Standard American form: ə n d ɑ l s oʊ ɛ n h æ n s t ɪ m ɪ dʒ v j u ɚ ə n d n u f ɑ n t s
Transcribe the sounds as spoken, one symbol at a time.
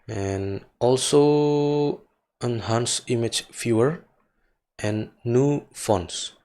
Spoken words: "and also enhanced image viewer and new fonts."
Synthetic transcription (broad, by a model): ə n ɑ l s oʊ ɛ n h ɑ n s ɪ m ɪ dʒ f j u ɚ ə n n u f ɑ n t s